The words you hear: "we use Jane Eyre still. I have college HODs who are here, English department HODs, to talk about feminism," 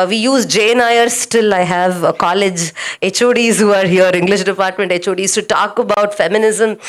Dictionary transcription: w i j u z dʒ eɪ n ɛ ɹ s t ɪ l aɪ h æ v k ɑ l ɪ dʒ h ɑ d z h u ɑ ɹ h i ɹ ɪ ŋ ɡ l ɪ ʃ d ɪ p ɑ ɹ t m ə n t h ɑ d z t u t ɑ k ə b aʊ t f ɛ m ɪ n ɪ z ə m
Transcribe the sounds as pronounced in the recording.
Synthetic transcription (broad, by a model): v i j u z dʒ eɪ n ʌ ɹ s t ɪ l aɪ h æ v k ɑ l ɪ dʒ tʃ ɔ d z h u ɑ ɹ h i ɹ ɪ ŋ ɡ l ɪ ʃ d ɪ p ɑ ɹ t m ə n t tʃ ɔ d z t u t ɑ k ə b aʊ t f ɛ m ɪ n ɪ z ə m